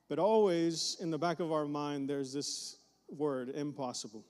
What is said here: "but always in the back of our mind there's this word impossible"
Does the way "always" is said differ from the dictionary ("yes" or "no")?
no